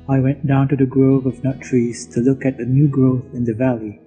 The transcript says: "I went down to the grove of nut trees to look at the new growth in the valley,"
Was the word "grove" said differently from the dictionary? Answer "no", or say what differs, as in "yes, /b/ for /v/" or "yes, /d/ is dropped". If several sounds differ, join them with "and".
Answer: no